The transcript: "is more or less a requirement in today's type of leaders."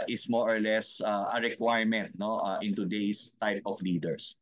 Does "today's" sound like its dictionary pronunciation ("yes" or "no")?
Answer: no